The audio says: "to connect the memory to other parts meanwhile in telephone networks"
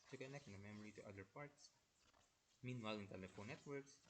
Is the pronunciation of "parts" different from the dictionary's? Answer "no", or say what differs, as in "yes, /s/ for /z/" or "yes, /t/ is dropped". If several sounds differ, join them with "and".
no